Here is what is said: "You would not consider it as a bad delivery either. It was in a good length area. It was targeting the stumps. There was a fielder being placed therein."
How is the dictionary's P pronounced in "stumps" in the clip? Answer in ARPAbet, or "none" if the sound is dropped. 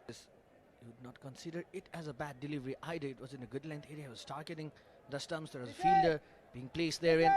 none